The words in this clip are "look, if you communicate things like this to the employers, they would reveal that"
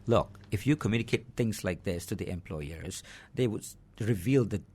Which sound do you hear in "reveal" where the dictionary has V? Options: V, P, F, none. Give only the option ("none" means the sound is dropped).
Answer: V